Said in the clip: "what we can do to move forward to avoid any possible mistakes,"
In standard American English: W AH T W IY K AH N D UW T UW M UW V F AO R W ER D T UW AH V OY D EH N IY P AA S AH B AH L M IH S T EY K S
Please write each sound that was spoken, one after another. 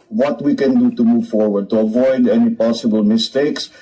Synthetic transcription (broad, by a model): W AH T W IY K AH N D UW T UW M UW V F AO R W ER D T UW AH V OY D EH N IY P AA S AH B AH L M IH S T EY K S